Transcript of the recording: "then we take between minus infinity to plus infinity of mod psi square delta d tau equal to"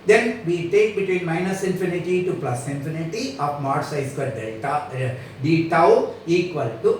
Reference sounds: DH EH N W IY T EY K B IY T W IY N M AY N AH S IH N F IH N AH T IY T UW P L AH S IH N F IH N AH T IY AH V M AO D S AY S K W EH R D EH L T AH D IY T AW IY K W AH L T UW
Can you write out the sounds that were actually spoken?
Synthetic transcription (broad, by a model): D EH N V IY T EY K B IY T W IY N M AY N AH S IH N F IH N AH T IY T UW P L AH S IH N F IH N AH T IY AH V M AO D S AY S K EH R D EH T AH D IY T AW IY K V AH L T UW